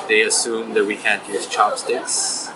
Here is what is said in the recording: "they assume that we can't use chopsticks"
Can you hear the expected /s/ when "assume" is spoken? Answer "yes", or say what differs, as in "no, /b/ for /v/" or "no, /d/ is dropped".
yes